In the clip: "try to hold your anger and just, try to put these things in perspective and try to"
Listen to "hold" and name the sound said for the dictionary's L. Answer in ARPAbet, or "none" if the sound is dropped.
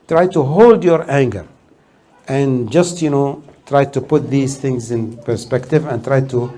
L